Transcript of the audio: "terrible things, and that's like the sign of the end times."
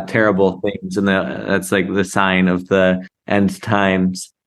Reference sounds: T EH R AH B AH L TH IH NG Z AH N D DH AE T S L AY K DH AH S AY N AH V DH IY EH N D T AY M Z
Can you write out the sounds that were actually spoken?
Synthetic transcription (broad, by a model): T EH R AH B L TH IH NG Z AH N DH DH AE T S L AY K DH AH S AY N AH V DH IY EH N D T AY M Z